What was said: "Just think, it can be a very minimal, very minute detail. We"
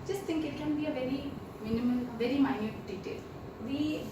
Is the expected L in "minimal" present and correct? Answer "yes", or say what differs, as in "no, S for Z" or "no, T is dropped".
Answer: no, N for L